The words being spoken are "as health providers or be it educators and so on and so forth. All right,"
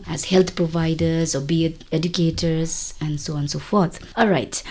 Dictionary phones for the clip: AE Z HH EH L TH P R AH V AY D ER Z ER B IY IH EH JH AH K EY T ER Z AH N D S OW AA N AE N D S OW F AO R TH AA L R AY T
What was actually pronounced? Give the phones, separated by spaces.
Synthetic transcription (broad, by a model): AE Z HH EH L T P R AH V AY D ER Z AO B IY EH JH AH K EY T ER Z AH N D S OW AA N N S OW F AO R T AA L R AY T